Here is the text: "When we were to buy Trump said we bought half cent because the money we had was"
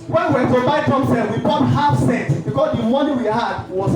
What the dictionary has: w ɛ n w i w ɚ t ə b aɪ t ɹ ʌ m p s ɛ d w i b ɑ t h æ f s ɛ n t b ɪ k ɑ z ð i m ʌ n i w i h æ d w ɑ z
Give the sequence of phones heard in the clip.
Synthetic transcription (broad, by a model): w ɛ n w i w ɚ t ə b aɪ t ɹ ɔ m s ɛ w i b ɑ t h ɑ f s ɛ t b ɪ k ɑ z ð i m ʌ n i w i h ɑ d w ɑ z